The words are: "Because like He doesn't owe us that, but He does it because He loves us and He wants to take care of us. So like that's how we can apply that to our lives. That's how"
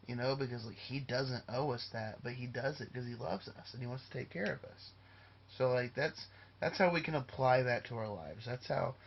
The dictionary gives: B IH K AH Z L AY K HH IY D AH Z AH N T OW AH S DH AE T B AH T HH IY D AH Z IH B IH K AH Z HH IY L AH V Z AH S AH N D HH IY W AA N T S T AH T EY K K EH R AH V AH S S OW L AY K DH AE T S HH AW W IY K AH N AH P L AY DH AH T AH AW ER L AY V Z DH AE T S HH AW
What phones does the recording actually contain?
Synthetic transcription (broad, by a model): B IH K AH Z L AY K HH IY D AH Z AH N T OW AH S DH AE T B AH T HH IY D AH Z IH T K AH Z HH IY L AH V Z AH S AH N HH IY W AA N T S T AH T EY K K EH R AH V AH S S OW L AY K DH AE T S HH AW W IY K AH N AH P L AY DH AH T AH AW ER L AY V Z DH AE T S HH AW